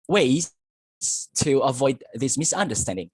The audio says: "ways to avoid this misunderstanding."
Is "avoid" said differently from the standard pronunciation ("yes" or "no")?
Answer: no